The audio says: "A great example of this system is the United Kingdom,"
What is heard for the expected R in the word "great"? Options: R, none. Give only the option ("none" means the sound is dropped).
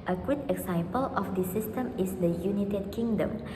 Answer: none